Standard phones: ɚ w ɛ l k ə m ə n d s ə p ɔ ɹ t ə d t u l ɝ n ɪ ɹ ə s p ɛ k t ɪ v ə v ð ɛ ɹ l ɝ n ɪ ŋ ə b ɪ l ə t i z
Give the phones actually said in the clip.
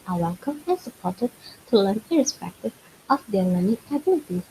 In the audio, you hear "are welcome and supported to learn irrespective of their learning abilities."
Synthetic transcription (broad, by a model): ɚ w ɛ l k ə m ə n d s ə p ɔ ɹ t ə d t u l ɝ n ɪ ɹ ə s p ɛ k t ɪ v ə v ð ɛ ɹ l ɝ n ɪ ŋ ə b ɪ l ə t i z